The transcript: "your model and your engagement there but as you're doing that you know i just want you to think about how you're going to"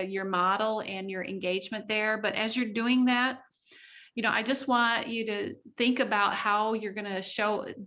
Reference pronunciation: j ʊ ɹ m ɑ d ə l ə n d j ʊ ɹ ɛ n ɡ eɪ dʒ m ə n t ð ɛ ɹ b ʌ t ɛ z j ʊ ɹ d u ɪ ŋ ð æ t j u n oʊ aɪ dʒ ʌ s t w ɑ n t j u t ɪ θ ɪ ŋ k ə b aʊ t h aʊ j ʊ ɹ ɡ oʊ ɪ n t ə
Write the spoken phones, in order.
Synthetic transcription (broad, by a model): j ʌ ɹ m ɑ d l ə n j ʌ ɹ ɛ n ɡ eɪ dʒ m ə n ð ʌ ɹ b ʌ t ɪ z j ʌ ɹ d u ɪ ŋ ð æ t j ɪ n oʊ aɪ dʒ ʌ s t w ɑ n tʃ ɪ t ɪ θ ɪ ŋ k ə b aʊ t h aʊ j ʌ ɹ ɡ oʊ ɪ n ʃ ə